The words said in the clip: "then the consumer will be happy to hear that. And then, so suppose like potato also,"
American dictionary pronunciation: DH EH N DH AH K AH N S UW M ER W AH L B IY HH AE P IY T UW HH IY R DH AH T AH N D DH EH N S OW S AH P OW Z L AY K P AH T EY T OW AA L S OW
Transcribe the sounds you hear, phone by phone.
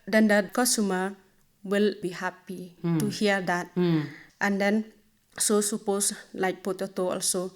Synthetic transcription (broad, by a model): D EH N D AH K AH S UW M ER W AH L B IY HH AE P IY T UW HH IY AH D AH T AH N D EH N S OW S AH P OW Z L AY K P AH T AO T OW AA L S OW